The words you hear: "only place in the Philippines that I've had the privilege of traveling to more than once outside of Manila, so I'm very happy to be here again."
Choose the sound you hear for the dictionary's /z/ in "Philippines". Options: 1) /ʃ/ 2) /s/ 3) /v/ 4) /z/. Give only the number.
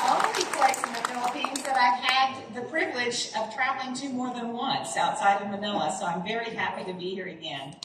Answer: 4